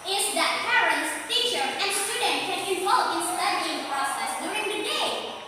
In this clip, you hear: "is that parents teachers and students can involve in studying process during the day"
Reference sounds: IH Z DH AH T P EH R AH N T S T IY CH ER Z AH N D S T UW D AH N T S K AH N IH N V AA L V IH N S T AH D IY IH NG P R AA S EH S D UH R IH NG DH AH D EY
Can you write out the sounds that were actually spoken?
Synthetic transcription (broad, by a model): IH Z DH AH T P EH R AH N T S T IY CH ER AH N D S T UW D N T K AH N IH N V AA L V IH N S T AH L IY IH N P R AA S EH S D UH R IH NG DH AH D EY